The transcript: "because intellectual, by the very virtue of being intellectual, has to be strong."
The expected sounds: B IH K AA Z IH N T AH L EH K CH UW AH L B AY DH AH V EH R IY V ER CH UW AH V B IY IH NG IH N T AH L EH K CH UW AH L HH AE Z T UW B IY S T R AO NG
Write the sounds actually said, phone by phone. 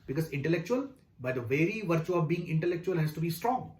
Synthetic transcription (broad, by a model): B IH K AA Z IH N T AH L EH K CH UW AH L B AY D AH V EH R IY V ER CH UW AH V B IY IH NG IH N T AH L EH K CH UW AH L HH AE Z T UW B IY S T R AO NG